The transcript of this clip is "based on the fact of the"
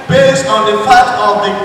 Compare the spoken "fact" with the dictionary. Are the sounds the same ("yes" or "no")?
no